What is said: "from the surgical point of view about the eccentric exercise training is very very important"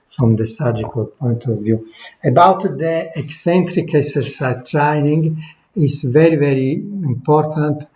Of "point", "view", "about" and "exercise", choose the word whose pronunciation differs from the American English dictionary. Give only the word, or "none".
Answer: exercise